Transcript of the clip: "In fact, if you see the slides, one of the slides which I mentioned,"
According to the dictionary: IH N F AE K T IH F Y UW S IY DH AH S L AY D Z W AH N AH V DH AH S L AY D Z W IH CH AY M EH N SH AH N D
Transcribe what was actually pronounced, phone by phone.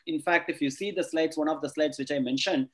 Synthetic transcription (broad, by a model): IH N F AE K T IH F Y UW S IY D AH S L AY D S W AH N AH V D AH S L AY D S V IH CH AY M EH N SH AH N D